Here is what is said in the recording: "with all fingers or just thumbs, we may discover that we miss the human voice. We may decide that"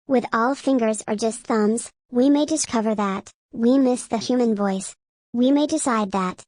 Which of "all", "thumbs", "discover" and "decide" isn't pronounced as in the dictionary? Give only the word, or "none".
none